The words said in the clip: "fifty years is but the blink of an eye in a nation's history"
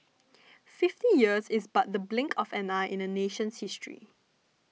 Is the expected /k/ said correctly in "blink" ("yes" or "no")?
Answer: yes